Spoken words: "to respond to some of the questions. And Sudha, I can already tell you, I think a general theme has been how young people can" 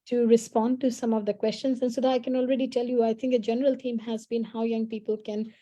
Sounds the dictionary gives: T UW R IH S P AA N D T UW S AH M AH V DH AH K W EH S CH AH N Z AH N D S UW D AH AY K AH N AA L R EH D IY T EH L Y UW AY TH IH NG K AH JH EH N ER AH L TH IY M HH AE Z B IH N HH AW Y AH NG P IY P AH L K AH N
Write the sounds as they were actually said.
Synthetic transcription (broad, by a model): T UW R IH S P AA N D T UW S AH M AH V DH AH K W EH S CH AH N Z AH N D S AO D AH AY K AH N AA L R EH D IY T EH L Y UW AY T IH NG K AH JH EH N ER AH L T IY M HH AE Z B IH N HH AW Y AH NG P IY P AH L K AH N